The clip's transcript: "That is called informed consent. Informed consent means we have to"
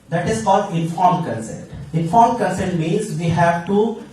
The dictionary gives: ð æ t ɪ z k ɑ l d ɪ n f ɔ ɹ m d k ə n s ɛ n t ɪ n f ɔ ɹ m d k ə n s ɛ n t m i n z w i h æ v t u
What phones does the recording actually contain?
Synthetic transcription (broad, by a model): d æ t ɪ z k ɑ l d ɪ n f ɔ ɹ m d k ə n s ɛ n t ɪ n f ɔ ɹ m k ə n s ɛ n t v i z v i h æ v t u